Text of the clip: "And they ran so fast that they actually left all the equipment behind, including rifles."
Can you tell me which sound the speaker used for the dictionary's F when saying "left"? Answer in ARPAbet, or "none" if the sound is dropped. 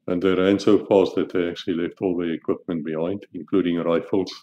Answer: F